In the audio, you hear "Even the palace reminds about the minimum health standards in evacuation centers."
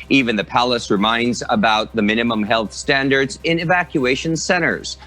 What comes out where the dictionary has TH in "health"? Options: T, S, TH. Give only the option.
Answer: TH